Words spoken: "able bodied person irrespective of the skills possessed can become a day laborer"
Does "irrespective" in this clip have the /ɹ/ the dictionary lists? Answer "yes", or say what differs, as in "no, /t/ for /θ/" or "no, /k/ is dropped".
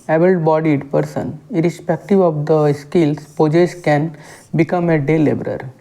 yes